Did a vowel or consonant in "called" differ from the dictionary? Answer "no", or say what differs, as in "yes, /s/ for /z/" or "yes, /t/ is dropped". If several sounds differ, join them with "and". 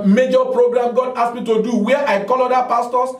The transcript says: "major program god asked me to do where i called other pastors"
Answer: yes, /d/ is dropped